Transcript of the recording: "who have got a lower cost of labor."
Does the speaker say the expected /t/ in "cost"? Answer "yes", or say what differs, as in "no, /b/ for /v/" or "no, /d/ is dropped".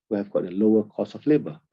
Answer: no, /t/ is dropped